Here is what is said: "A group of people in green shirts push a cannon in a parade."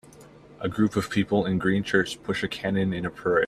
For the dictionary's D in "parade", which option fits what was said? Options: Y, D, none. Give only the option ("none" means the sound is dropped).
none